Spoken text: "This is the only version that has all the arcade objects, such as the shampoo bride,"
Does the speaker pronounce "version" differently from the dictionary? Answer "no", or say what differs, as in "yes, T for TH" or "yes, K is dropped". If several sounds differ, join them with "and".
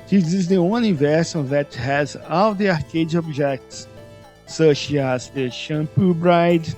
yes, S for ZH